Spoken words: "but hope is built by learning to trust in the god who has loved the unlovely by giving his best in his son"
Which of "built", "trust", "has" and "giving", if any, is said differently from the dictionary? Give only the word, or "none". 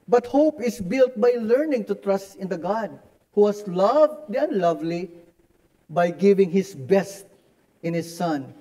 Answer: has